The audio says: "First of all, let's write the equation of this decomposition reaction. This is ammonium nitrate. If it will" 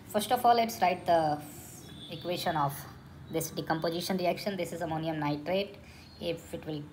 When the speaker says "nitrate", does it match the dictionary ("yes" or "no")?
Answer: yes